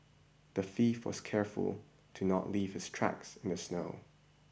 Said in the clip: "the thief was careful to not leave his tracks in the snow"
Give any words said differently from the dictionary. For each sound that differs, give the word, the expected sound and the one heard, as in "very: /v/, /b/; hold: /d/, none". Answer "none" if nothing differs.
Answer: thief: /θ/, /f/